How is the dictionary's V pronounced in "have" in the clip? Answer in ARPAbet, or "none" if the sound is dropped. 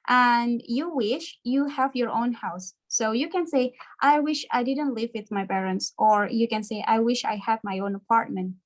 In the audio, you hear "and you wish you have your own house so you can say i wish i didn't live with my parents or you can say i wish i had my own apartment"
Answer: V